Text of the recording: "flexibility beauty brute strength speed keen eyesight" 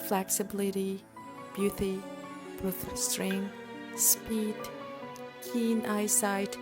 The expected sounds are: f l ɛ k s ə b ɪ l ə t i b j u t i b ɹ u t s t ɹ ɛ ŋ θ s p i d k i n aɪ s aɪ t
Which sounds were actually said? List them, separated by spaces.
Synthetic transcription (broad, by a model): f l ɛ k s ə b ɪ l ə t i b j u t i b ɔ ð s t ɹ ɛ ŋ s p i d k i n aɪ s aɪ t